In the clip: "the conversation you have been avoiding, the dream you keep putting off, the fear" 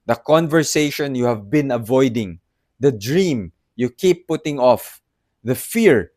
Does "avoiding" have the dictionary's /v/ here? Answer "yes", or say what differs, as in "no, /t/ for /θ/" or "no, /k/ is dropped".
yes